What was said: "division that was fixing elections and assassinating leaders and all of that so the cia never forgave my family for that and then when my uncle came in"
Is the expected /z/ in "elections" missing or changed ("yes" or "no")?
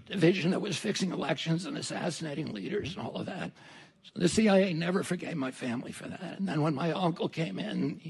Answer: no